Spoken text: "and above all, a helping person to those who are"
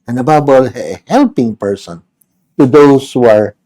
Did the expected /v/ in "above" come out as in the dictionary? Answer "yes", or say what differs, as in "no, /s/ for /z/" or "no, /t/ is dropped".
no, /b/ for /v/